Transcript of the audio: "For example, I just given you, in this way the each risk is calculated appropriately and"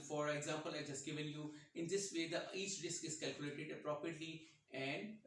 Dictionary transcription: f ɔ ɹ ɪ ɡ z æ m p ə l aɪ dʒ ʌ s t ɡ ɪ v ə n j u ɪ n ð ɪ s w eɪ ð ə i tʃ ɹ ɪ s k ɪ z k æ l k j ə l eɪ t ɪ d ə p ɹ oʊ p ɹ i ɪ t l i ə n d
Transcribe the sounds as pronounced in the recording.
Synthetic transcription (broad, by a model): f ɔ ɹ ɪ ɡ z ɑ m p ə l aɪ dʒ ʌ s t ɡ ɪ v ə n j u ɪ n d ɪ s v eɪ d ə i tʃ ɹ ɪ s k ɪ z k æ l k j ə l eɪ t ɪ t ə p ɹ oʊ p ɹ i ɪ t l i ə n d